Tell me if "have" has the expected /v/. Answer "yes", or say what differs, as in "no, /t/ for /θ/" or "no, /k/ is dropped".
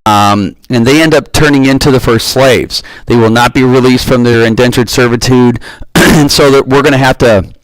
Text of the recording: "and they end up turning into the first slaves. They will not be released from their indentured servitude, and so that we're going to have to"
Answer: no, /f/ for /v/